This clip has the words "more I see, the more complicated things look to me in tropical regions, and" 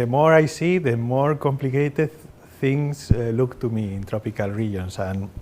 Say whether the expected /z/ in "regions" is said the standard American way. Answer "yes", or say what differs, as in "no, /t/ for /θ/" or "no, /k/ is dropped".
no, /s/ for /z/